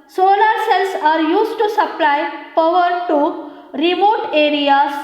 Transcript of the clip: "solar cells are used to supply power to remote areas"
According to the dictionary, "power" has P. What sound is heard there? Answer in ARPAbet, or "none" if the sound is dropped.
F